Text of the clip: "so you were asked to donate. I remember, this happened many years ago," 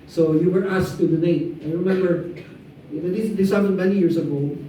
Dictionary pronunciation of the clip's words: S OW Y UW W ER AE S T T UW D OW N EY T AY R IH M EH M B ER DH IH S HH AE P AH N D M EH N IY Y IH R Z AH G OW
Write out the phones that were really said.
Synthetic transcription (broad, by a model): S OW Y UW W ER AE S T T UW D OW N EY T AY R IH M EH M B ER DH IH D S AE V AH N M EH N IY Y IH R S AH G OW